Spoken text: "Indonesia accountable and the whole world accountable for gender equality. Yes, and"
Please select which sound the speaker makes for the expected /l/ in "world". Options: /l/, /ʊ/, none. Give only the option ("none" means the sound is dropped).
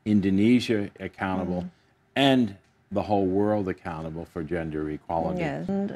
/l/